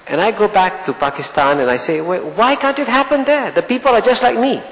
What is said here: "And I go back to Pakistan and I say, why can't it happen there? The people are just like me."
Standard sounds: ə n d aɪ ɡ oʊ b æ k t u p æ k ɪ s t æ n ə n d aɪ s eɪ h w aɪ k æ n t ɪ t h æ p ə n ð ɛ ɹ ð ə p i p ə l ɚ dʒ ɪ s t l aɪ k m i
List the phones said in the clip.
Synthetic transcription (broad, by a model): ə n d aɪ ɡ oʊ b æ k t u p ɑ k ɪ s t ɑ n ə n aɪ s eɪ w w aɪ k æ n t ɪ t h æ p ə n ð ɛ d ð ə p i p ə l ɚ dʒ ɪ s t l aɪ k m i